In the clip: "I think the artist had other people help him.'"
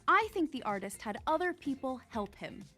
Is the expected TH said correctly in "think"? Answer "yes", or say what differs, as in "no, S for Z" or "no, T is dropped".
yes